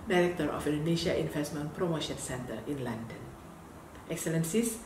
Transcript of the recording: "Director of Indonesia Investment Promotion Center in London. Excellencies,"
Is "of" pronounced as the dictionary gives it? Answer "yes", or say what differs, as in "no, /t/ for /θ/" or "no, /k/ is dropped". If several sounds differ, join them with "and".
no, /f/ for /v/